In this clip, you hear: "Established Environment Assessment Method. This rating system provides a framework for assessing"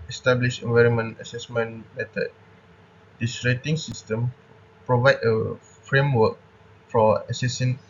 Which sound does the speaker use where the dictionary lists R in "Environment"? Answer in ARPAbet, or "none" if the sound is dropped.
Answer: R